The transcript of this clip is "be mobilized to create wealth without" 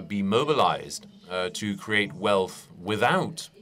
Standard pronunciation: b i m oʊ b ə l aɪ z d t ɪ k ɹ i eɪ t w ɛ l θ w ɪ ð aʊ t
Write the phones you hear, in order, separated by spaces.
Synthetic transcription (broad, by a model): b i m oʊ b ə l aɪ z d t ɪ k ɹ i eɪ t w ɛ l θ w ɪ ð aʊ t